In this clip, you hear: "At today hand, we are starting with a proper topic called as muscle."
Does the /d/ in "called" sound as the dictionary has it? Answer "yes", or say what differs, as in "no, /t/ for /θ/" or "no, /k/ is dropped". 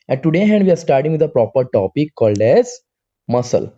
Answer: yes